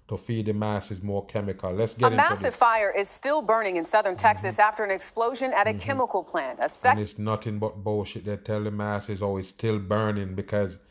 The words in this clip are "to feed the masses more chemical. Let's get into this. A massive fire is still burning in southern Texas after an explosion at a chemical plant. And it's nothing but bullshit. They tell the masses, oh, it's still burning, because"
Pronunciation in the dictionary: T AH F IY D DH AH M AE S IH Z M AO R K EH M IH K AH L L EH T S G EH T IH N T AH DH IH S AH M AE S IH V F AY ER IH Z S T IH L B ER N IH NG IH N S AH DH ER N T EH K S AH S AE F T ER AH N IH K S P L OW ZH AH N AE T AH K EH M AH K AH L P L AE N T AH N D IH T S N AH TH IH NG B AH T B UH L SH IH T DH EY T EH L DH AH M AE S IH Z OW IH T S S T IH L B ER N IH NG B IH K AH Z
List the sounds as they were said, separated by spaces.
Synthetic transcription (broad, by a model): T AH F IY D DH AH M AE S IH Z M AO R K EH M IH K AH L L EH T S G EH IH T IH M AE S IH V F AY ER IH Z S T IH L B ER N IH NG IH N S AH DH ER N T EH K S AH S AE F T ER AH N IH K S P L OW ZH AH N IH T AH K EH M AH K L P L AE N T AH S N IH T S N AH TH IH NG B AH T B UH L SH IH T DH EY T EH L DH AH M AE S IH Z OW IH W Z S T IH L B ER N IH NG B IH K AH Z